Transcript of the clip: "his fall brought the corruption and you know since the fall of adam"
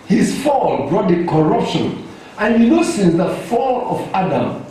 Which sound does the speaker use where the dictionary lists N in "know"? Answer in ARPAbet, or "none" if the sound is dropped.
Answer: L